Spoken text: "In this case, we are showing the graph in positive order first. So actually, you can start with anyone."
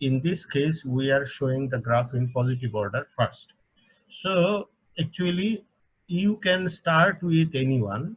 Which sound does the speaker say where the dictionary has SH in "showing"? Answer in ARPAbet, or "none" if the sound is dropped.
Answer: SH